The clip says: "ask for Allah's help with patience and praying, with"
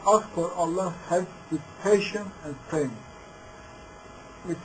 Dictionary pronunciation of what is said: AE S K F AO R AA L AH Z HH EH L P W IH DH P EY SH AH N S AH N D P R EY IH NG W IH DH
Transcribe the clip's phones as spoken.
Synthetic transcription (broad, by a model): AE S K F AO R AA L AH HH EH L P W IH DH P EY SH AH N AH N D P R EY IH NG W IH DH